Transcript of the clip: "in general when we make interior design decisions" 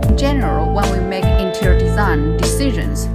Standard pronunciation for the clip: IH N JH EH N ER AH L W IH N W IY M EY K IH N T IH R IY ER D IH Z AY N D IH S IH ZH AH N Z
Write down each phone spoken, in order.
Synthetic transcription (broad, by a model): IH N JH EH N ER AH L W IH L W IY M EY K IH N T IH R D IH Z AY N D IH S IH ZH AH N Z